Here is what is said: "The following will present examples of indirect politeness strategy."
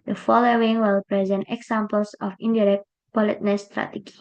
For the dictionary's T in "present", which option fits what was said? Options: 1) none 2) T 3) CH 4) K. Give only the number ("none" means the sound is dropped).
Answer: 2